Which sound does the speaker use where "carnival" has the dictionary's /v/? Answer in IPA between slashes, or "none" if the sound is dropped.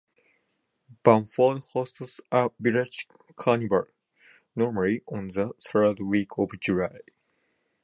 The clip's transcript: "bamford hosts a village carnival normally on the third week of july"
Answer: /b/